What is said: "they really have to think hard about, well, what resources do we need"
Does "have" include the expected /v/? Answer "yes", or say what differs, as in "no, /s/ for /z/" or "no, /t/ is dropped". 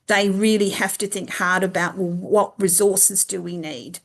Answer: no, /f/ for /v/